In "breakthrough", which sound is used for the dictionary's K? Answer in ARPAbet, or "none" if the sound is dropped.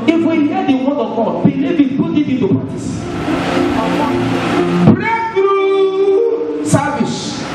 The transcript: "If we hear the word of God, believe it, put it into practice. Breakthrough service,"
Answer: none